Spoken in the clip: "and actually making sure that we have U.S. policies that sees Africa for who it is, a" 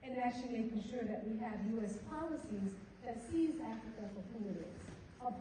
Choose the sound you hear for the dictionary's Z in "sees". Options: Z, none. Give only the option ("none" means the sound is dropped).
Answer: Z